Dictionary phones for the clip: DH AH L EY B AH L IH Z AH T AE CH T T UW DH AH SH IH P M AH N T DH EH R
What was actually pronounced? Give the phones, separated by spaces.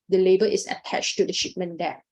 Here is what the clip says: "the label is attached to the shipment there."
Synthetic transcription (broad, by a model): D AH L EY B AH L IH S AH T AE CH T T UW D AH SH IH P M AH N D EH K